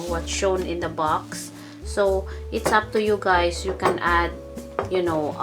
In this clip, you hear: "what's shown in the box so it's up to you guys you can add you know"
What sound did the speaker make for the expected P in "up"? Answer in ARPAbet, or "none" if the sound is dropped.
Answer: P